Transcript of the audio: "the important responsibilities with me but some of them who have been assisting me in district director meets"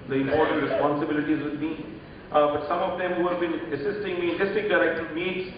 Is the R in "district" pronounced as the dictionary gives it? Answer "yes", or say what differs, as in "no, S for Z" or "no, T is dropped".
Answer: no, R is dropped